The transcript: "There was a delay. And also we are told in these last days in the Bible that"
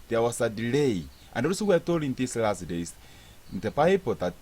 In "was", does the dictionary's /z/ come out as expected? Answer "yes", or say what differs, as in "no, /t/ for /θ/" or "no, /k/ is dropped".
no, /s/ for /z/